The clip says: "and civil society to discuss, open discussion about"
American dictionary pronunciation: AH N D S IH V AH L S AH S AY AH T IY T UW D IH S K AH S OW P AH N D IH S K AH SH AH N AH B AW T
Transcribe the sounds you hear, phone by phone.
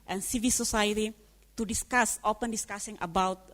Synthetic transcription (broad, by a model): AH N S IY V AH L S AH S AY AH T IY T UW D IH S K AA S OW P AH N D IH S K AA S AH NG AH B AW T